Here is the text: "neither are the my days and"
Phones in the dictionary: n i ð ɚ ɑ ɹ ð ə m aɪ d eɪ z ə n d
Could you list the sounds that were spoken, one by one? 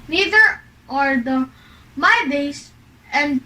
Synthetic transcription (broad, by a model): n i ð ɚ ɑ ɹ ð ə m aɪ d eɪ s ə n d